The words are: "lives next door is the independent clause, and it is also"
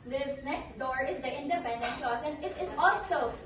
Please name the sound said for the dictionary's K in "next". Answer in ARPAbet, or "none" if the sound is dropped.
K